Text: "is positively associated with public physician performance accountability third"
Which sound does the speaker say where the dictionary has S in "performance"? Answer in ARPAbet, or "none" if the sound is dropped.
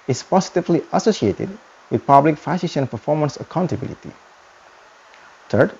S